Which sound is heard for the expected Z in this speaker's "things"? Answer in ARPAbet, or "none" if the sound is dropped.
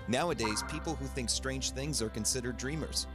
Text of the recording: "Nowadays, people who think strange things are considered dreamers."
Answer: Z